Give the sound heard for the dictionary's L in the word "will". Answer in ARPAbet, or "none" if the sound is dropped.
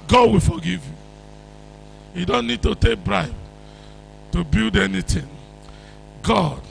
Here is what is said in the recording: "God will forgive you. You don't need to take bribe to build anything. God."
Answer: L